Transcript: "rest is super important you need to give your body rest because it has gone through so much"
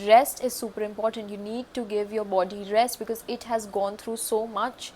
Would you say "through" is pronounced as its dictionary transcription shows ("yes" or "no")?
no